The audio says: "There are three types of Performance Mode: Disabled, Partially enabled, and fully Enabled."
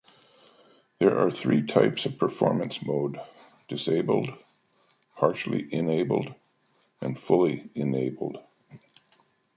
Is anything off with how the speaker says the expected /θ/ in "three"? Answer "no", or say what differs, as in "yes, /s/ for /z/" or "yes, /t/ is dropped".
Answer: no